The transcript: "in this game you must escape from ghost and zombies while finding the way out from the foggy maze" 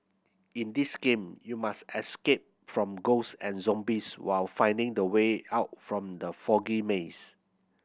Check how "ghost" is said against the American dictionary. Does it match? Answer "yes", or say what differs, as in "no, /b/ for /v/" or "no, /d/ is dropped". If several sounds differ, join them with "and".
no, /t/ is dropped